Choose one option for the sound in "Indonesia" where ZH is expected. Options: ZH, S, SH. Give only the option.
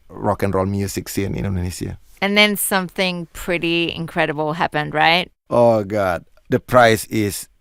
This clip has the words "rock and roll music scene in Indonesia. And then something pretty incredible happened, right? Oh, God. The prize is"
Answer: S